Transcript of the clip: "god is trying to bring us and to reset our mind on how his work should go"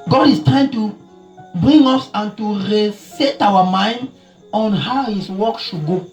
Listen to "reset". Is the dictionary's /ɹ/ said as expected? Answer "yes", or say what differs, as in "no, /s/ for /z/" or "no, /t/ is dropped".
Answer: yes